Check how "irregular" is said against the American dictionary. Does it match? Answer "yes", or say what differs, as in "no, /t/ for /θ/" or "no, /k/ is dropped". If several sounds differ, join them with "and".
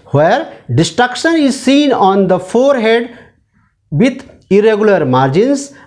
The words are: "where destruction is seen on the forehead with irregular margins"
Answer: yes